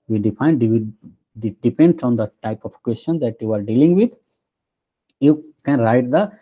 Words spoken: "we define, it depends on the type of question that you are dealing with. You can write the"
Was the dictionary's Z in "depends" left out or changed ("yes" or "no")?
yes